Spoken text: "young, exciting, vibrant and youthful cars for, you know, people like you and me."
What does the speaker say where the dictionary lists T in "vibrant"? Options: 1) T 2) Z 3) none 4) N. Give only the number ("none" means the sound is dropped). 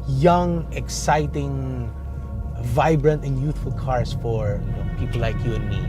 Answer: 1